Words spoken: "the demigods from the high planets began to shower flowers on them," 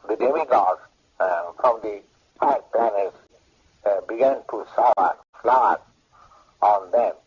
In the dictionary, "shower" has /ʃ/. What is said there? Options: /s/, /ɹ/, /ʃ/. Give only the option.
/s/